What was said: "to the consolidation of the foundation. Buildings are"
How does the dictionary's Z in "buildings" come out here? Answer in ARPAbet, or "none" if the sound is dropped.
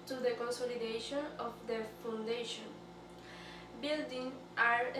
none